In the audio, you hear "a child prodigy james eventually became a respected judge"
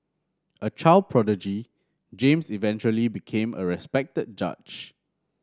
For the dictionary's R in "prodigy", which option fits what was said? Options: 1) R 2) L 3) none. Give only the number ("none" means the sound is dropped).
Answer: 1